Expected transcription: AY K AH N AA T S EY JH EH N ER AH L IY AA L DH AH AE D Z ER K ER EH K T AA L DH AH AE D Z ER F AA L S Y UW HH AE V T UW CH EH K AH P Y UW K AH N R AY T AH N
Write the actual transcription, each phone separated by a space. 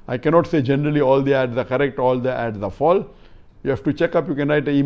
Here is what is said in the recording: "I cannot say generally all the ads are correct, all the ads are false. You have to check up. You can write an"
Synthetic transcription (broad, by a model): AY K AH N AA T S EY JH EH N ER AH L IY AA L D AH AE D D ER K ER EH K T AA L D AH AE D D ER F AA L Y UW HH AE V T UW CH EH K AH P Y UW K AH N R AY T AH